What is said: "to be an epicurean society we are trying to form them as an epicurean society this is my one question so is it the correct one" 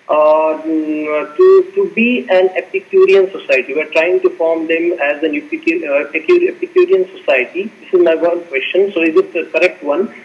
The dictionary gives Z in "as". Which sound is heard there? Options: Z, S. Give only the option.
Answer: Z